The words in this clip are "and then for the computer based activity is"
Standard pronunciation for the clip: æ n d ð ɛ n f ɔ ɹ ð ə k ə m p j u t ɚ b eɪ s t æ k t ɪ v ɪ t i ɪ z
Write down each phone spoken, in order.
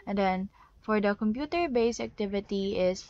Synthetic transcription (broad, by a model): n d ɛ n f ɔ ɹ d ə k ə m p j u t ɚ b eɪ s æ k t ɪ v ɪ t i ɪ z